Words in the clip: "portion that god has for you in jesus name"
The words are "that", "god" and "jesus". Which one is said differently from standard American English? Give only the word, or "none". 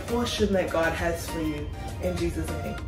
none